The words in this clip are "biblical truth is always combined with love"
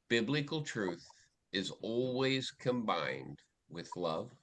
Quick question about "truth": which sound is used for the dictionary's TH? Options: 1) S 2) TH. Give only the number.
2